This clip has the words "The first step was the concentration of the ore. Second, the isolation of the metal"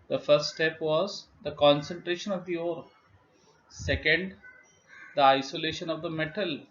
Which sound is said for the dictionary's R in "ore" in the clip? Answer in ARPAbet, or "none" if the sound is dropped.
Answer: R